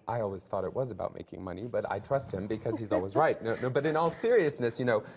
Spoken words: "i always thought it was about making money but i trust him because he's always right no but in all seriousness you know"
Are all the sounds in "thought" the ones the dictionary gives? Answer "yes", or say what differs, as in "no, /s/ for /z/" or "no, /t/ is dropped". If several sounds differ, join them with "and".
yes